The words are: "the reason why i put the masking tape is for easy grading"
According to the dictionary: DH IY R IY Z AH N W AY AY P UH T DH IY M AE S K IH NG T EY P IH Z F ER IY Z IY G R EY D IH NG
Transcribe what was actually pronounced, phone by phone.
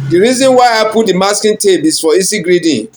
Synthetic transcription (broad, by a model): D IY R IY Z AH N W AY AY P UH T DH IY M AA S K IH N T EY B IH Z F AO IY S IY G R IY D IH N